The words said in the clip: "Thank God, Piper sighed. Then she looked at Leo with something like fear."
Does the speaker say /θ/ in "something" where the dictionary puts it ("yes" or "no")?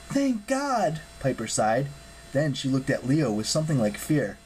yes